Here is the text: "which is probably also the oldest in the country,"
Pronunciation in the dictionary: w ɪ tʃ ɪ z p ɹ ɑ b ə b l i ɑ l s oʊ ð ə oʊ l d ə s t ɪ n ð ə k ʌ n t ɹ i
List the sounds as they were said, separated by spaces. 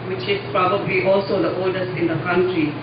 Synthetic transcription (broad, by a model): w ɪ tʃ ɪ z p ɹ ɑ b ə b l i ɑ l s oʊ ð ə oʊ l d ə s ɪ n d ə k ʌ n t ɹ i